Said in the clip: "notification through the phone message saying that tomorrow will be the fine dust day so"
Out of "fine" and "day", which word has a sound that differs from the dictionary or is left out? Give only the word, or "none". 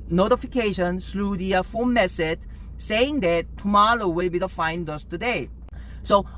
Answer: none